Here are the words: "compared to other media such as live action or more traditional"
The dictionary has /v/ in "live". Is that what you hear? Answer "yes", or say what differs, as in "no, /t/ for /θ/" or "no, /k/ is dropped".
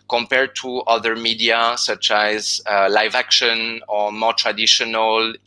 yes